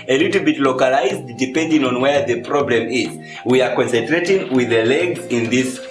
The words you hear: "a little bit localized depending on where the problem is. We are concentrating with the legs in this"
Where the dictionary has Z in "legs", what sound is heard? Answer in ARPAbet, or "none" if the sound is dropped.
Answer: none